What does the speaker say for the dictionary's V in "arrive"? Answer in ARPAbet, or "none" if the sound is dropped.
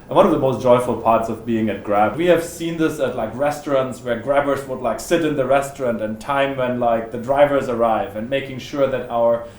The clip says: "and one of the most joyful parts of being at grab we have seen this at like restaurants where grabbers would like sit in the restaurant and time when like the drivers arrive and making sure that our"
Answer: V